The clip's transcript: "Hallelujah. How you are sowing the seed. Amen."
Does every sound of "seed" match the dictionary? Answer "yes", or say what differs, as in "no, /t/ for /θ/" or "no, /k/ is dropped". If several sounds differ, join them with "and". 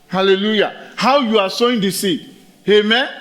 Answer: no, /d/ is dropped